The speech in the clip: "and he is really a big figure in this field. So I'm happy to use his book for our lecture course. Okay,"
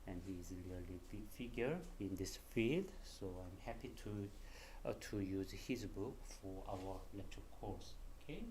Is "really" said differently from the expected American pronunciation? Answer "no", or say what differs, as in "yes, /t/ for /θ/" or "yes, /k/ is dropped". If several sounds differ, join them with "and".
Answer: yes, /l/ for /ɹ/